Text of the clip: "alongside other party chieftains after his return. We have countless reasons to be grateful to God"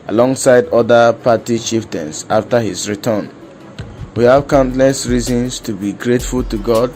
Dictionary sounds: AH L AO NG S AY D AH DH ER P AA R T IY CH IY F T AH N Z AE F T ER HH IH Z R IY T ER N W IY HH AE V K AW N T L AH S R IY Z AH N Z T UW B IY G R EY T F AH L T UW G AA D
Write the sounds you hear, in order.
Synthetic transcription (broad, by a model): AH L AO NG S AY D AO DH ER P AA T IY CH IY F T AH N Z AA F T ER HH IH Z R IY T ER N W IY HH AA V K AW N T L AH S R IY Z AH N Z T UW B IY G R EY T F AH L T UW G AA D